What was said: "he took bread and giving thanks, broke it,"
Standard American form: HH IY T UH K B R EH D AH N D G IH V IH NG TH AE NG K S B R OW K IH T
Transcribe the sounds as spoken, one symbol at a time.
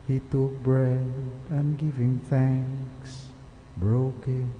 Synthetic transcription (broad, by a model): HH IY T UH K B R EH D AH N G IH V IH NG TH AE NG K S B R OW K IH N